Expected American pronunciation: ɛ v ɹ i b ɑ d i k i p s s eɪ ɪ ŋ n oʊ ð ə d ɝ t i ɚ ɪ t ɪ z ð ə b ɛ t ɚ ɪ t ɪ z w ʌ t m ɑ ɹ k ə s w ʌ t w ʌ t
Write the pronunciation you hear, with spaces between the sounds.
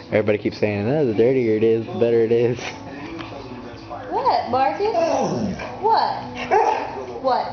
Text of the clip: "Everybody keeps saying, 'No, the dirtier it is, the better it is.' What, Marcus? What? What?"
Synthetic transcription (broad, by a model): ɛ v ɹ i b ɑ d i k i p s s eɪ ɪ ŋ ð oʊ ð ə d ɝ t i ɚ ɪ t ɪ z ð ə b ɛ t ɚ ɪ t ɪ z w ʌ t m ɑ ɹ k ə w ʌ t w ʌ t